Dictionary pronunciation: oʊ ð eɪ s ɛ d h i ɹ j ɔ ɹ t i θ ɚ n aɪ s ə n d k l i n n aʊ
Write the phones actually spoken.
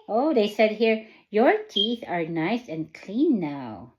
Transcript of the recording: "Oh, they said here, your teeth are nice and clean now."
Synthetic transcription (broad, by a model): oʊ ð eɪ s ɛ d h i ɹ j ɔ ɹ t i θ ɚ n aɪ s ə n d k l i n n aʊ